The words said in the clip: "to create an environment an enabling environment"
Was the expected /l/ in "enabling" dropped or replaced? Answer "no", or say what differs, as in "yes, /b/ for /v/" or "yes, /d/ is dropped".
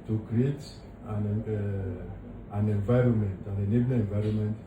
yes, /n/ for /l/